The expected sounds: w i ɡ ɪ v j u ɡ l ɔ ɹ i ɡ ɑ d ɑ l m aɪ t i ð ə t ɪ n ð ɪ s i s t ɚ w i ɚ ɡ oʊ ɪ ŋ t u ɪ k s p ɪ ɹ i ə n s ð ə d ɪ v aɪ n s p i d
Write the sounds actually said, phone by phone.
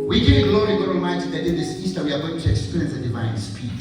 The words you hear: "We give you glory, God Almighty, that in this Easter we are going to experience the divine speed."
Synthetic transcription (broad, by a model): w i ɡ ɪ ɡ l ɔ ɹ i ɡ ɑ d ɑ m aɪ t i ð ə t ɪ n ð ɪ s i s t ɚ w i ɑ ɡ oʊ ɪ ŋ t u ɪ k s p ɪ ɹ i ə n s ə d ɪ v aɪ n s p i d